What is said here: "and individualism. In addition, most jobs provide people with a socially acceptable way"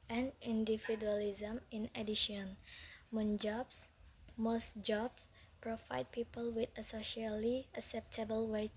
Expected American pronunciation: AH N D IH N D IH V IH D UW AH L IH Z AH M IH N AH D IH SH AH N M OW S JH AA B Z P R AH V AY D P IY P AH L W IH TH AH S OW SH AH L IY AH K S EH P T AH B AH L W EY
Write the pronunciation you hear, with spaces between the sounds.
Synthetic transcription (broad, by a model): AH N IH N D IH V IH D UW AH L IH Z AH M IH N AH D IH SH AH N M OW S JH AA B S P R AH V AY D P IY P AH L W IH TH AH S OW SH AH L IY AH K S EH P T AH B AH L W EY